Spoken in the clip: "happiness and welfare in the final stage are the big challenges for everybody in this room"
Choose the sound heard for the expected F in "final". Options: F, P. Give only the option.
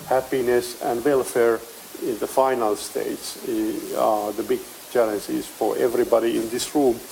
F